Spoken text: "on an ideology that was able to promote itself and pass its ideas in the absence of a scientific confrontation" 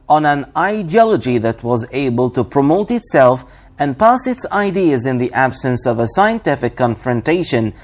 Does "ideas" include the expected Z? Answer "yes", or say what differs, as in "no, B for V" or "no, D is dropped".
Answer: yes